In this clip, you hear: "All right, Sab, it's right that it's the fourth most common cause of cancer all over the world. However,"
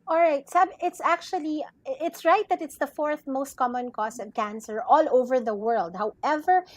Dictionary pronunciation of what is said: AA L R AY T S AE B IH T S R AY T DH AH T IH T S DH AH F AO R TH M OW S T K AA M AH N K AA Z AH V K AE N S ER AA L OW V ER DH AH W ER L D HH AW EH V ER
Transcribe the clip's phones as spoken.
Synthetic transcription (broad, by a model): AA L R AY T S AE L IH T S R AY T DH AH T IH T S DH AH F AO R TH M OW S T K AA M AH N K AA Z AH V K AE N S ER AA L OW V ER DH AH W ER L D HH AW EH V ER